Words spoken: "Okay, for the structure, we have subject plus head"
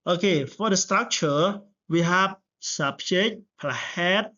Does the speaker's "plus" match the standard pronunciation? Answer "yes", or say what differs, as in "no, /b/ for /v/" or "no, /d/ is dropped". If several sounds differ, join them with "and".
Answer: no, /s/ is dropped